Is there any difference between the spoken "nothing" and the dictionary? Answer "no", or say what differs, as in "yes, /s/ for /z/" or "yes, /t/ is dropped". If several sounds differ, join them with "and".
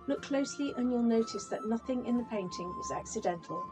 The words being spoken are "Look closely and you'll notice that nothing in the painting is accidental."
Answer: no